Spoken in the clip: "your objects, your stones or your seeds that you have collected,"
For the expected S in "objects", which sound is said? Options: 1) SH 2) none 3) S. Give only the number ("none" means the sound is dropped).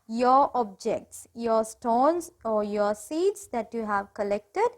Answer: 3